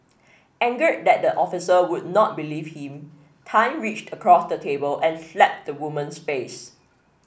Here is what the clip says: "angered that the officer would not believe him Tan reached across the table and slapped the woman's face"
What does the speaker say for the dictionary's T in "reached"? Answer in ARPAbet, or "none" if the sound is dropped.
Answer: T